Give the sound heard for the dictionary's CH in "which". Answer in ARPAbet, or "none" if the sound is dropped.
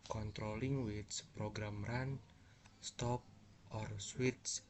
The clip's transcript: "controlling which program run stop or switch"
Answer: S